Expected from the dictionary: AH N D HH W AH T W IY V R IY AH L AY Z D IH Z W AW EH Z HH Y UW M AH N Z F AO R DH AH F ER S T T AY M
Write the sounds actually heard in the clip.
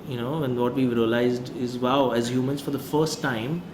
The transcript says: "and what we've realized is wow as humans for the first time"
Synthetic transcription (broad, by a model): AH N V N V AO T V IY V R IY AH L AY Z D IH Z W AW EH Z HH Y UW M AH N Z F AO R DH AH F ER S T T AY M